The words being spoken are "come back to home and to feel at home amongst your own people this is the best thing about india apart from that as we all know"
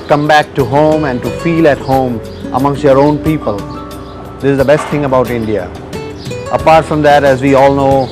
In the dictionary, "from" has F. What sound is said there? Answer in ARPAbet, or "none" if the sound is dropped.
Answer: F